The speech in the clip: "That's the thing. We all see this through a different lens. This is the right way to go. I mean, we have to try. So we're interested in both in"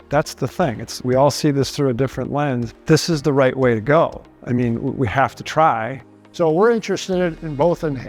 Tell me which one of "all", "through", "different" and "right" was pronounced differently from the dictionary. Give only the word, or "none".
none